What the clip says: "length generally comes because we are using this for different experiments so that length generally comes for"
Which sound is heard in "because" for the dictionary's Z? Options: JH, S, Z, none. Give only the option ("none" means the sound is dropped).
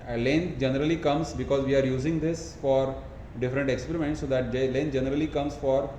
Z